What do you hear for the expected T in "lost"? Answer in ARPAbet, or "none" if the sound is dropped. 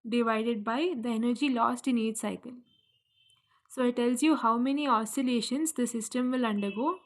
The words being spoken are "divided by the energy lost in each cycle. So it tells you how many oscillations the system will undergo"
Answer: T